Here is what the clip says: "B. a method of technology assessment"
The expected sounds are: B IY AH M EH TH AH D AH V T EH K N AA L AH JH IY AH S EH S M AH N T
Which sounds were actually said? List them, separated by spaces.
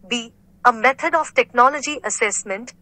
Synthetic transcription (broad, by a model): B IY AH M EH T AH D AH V T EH K N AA L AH JH IY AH S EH S M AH N T